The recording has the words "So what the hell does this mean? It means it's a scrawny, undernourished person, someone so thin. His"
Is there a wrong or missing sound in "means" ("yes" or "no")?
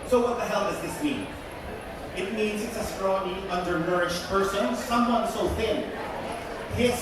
no